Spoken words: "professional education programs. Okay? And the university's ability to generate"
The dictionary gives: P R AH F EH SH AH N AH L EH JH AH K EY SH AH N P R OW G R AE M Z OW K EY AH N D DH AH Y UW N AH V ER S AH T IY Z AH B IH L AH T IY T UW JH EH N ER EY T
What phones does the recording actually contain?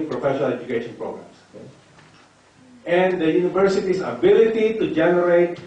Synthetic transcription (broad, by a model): P R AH F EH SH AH N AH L EH JH AH K EY SH AH N P R OW G R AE M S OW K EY AH N D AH Y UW N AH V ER S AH T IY S AH B IH L AH T IY T UW JH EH N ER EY T